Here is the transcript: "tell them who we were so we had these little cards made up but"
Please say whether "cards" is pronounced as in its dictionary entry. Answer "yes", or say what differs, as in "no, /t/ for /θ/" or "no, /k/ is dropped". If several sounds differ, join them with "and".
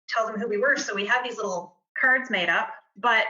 yes